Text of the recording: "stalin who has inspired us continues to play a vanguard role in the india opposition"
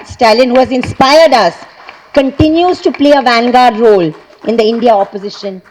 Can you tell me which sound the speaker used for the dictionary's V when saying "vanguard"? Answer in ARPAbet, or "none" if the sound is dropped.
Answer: V